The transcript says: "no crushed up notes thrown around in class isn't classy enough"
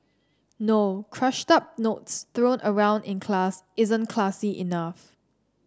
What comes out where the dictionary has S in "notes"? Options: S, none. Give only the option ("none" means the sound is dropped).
S